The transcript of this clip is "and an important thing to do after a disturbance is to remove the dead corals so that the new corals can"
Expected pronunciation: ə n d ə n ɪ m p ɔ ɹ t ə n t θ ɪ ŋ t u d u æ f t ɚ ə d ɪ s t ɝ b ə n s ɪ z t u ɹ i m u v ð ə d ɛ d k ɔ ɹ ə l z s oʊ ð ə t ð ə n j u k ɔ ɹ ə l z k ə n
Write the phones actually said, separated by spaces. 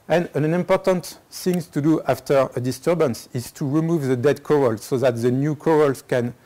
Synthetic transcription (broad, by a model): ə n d ə n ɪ m p ɔ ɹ t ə n t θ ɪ ŋ t u d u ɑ f t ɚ ə d ɪ s t ɝ b ə n s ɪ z t u ɹ i m u v ð ə d ɛ d k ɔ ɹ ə l s oʊ ð ə t ð ə n j u k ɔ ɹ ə l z k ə n